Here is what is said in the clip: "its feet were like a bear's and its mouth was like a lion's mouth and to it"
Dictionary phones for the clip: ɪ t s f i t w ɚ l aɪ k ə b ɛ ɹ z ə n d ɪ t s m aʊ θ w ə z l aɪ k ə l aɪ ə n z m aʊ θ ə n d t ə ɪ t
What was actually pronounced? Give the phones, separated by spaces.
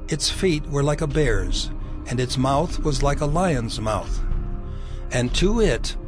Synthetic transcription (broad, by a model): ɪ t s f i t w ɚ l aɪ k ə b ɛ ɹ z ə n ɪ t s m aʊ θ w ə z l aɪ k ə l aɪ ə n z m aʊ θ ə n t ə ɪ t